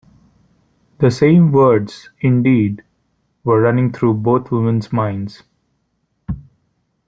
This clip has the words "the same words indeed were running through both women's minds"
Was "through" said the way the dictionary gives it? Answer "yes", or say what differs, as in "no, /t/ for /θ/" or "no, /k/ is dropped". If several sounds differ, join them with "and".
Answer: no, /t/ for /θ/